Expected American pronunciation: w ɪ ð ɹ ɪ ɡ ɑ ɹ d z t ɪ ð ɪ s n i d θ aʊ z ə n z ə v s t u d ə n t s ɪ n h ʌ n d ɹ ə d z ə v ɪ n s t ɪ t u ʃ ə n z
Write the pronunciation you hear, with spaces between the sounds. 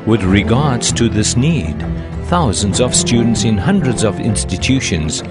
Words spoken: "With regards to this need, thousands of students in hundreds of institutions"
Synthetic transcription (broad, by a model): w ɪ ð ɹ ɪ ɡ ɑ ɹ d z t ɪ ð ɪ s n i d θ aʊ z ə n z ə v s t u d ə n t s ɪ n h ʌ n d ɹ ə d z ə v ɪ n s t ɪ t u ʃ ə n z